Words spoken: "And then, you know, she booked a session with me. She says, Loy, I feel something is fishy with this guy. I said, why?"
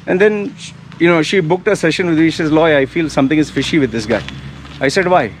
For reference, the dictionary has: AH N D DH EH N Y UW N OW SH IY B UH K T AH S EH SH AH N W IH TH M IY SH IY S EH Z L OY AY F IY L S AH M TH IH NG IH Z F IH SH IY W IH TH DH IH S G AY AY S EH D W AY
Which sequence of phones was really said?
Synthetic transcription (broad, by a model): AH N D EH N Y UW N OW SH IY B UH K T AH S EH SH AH N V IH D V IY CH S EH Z L OY AY F IY L S AH M T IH NG IH Z F IH SH IY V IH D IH S G AY AY S EH D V AY